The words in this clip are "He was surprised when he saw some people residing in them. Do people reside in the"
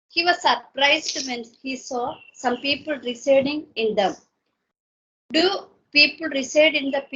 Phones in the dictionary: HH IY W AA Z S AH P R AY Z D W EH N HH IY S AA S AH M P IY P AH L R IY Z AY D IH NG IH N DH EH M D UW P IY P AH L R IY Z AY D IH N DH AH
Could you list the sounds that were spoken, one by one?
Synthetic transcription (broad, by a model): HH IY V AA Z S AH P R AY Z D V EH N HH IY S AA S AH M P IY P AH L R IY S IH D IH NG IH N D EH M D UW P IY P AH L R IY S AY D IH N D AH